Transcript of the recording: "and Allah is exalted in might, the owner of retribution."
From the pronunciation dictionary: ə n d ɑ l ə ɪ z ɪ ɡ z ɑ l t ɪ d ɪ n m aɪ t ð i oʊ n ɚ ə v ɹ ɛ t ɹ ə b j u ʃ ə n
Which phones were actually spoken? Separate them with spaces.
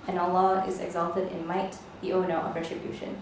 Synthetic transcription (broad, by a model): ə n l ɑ ə ɪ z ɪ ɡ z ɑ l t ɪ d ɪ n m aɪ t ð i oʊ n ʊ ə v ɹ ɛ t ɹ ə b j u ʃ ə n